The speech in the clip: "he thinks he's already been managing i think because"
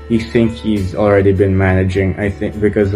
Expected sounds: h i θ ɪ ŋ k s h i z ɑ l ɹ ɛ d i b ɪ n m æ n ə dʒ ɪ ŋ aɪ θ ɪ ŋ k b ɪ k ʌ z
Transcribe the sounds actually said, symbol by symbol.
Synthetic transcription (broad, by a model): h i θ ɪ ŋ k h i z ɑ l ɹ ɛ d i b ɪ n m æ n ə dʒ ɪ ŋ aɪ θ ɪ ŋ k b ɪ k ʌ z